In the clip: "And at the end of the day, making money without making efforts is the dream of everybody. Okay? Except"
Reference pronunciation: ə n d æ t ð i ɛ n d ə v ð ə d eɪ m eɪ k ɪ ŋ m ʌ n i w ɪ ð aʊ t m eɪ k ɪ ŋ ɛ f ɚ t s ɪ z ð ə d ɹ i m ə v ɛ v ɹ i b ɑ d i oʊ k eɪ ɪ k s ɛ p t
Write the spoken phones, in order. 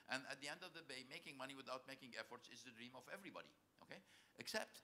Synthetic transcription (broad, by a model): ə n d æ t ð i ɛ n d ə v ð ə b eɪ m eɪ k ɪ ŋ m ʌ n i w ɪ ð aʊ t m eɪ k ɪ ŋ ɛ f ɚ t s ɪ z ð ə d ɹ i m ə v ɛ v ɹ i b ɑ d i oʊ k eɪ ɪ k s ɛ p t